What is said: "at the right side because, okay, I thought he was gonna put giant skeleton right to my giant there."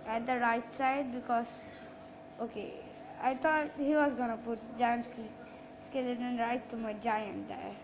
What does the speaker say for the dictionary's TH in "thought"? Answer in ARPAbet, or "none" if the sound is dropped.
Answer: T